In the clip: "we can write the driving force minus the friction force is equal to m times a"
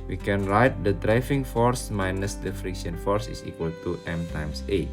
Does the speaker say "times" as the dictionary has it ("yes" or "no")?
no